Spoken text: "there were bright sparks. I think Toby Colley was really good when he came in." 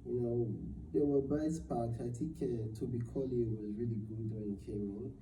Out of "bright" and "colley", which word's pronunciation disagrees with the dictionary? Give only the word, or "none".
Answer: bright